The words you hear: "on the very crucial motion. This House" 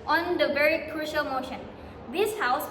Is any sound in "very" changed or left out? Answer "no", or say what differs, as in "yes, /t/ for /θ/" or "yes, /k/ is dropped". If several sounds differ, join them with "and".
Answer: no